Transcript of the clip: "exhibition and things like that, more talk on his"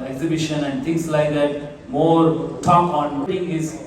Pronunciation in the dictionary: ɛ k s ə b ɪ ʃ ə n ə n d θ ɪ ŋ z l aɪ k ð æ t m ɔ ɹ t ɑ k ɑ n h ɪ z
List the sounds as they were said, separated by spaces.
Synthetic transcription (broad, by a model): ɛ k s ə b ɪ ʃ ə n ə n d t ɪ ŋ s l aɪ k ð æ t m ɔ ɹ t ɑ k ɑ n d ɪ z